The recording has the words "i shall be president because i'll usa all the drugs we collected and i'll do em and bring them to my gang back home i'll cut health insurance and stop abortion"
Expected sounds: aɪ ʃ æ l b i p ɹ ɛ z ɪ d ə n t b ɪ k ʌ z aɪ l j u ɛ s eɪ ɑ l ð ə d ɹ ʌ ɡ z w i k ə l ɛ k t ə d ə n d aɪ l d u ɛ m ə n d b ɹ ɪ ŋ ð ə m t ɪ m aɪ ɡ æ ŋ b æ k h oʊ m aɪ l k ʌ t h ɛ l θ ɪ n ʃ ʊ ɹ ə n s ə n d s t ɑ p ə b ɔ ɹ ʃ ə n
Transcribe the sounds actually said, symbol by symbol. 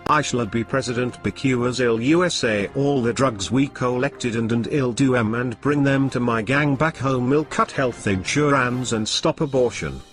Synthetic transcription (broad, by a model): aɪ ʃ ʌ l b i p ɹ ɛ z ɪ d ə n t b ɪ k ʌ z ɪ l j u ɛ s eɪ ɑ l ð ə d ɹ ʌ ɡ z w i k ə l ɛ k t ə d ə n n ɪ l d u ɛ m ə n b ɹ ɪ ŋ ð ə m t ɪ m aɪ ɡ æ ŋ b æ k h oʊ m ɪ l k ʌ t h ɛ l θ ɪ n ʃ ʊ ɹ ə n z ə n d s t ɑ p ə b ɔ ɹ ʃ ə n